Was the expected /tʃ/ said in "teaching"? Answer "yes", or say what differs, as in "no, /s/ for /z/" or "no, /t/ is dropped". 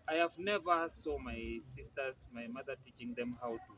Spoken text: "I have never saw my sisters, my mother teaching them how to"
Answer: yes